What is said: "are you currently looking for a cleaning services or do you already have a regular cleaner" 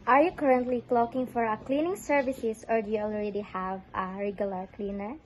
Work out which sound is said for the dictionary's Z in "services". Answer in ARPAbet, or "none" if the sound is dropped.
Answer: S